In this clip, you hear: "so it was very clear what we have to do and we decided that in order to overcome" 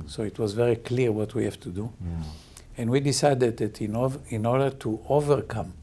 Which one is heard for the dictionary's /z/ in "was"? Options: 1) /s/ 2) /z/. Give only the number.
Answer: 2